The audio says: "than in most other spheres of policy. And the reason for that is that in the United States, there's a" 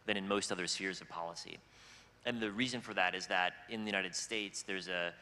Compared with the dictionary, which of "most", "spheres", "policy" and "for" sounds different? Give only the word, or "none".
none